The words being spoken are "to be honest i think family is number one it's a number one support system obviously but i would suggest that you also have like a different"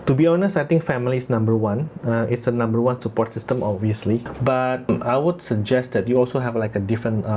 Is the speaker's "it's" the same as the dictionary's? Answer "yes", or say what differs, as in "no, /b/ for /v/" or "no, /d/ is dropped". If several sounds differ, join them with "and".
yes